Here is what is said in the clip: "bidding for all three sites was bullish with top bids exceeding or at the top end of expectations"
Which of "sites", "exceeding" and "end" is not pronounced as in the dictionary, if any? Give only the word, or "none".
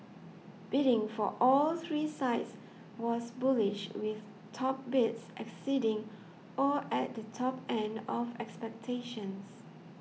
none